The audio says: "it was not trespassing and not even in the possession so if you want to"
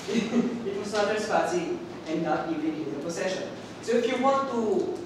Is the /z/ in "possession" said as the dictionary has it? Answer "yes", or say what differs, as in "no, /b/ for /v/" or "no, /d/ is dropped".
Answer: no, /s/ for /z/